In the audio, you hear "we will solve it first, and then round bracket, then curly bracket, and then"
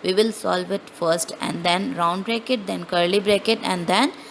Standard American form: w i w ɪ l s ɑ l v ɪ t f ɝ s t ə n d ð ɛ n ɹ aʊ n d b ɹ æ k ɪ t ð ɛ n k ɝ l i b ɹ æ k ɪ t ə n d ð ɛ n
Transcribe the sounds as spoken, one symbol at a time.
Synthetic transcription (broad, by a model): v i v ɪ l s ɑ l v ɪ t f ɝ s t ə n d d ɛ n ɹ aʊ n d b ɹ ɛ k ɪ t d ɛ n k ɝ l i b ɹ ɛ k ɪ t ə n d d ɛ n